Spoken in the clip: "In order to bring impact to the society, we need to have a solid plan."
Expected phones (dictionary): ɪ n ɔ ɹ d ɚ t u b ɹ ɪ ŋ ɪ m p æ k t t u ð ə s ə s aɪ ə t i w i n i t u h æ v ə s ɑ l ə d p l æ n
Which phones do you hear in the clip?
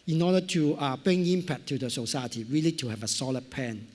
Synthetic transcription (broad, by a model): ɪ n ɔ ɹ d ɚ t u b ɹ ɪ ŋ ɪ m p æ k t t u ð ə s ə s aɪ ə t i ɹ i l i t u h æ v ə s ɑ l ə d p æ n